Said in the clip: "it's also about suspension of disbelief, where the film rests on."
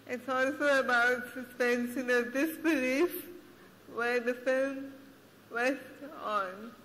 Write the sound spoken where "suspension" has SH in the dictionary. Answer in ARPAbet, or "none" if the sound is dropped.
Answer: S